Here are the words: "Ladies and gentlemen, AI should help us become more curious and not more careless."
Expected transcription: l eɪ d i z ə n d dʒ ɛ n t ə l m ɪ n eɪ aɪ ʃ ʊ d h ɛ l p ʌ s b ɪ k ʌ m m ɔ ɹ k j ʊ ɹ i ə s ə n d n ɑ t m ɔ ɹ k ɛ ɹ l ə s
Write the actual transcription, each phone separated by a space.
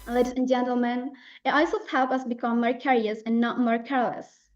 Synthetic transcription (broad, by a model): l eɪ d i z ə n dʒ ɛ n t ə l m ɪ n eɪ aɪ s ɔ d h ɛ l p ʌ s b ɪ k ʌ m m ɔ ɹ k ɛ ɹ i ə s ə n n ɑ t m ɔ ɹ k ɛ ɹ l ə s